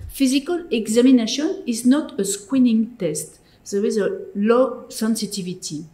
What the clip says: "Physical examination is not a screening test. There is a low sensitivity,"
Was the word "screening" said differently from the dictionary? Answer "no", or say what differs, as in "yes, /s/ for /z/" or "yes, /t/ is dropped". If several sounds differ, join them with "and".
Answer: yes, /w/ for /ɹ/